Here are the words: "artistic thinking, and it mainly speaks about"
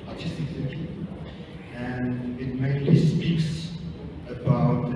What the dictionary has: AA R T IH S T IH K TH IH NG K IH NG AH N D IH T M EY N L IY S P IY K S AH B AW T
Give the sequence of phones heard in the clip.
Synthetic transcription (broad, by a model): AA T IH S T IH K S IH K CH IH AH N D IH T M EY L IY S P IY K S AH B AW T